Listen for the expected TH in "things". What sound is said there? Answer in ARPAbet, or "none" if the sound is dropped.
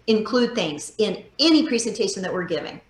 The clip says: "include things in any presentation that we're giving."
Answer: TH